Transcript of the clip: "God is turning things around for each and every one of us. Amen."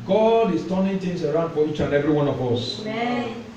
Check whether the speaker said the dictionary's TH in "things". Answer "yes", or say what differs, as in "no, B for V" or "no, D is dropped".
no, T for TH